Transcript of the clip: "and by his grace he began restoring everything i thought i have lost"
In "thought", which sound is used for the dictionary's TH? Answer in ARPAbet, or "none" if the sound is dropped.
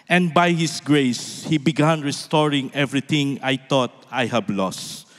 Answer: T